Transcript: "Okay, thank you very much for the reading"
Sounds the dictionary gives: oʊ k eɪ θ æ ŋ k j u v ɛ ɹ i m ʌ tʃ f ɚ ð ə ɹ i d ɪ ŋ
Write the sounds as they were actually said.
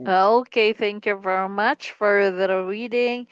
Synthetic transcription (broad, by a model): oʊ k eɪ θ æ ŋ k j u v ɛ ɹ i m ʌ tʃ f ɚ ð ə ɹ i d ɪ ŋ